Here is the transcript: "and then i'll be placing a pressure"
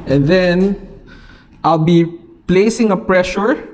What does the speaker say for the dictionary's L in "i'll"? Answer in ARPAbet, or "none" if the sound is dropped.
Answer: L